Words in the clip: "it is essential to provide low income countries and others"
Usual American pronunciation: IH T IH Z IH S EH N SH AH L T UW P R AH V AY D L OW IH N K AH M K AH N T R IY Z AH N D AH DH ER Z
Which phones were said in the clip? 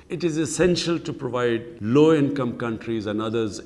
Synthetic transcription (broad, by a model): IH T IH Z IH S EH N SH AH L T UW P R AH V AY D L OW IH N K AH M K AH N T R IY Z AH N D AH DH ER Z